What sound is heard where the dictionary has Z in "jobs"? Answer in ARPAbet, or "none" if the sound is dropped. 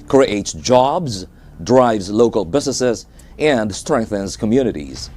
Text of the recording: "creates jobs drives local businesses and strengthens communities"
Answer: Z